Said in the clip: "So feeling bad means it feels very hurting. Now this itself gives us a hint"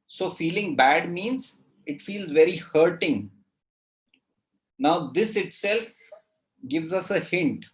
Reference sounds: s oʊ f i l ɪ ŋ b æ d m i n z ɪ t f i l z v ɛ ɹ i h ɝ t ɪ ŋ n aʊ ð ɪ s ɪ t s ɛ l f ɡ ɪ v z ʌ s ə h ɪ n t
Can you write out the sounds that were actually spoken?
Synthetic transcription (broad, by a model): s oʊ f i l ɪ ŋ b æ d m i n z ɪ t f i l z v ɛ ɹ i h ɝ t ɪ ŋ n aʊ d ɪ s ɪ t s ɛ l f ɡ ɪ v z ʌ s ə h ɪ n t